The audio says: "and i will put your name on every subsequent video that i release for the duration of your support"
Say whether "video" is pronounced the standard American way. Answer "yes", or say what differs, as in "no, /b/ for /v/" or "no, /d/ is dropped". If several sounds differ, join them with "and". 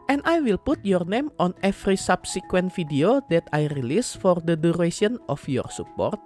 no, /f/ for /v/